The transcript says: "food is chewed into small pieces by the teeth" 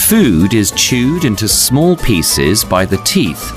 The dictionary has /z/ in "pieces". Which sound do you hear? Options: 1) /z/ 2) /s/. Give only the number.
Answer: 1